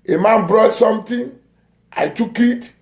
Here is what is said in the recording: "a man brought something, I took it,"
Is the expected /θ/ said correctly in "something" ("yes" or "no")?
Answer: no